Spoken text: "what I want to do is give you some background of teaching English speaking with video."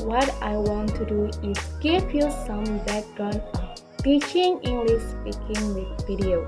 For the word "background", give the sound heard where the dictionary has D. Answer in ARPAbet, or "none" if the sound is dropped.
none